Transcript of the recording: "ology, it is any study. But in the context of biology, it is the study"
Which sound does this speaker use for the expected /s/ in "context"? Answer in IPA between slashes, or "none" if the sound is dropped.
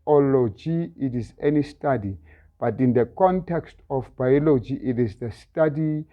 /s/